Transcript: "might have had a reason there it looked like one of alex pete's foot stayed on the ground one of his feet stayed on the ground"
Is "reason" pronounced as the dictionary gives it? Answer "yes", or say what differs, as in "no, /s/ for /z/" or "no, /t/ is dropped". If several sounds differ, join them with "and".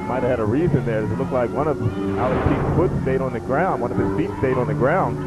yes